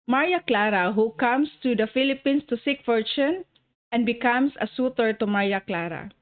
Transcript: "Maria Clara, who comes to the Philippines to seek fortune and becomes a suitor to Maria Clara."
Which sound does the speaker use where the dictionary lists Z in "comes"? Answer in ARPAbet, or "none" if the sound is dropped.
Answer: S